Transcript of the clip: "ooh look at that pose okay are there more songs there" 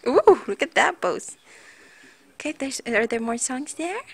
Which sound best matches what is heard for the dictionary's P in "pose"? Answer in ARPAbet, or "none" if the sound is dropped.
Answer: B